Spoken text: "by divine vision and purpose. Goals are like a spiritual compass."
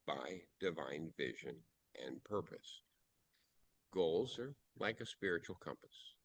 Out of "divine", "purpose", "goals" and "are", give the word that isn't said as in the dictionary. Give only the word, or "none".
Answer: none